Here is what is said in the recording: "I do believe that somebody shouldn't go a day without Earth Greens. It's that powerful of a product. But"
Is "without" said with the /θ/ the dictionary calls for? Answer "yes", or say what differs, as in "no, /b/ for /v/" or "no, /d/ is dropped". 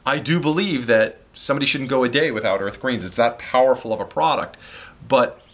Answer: yes